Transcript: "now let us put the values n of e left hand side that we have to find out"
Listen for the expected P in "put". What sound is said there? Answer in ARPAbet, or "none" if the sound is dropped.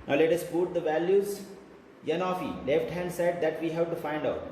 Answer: B